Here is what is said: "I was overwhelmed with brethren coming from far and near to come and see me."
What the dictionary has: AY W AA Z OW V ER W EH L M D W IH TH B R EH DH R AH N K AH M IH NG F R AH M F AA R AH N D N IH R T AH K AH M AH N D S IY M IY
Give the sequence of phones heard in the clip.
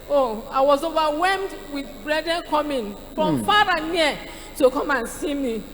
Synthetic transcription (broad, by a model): AY W AA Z OW V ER W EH M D W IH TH B R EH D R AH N K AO M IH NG F R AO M F AA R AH N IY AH T AH K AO M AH N S IY M IY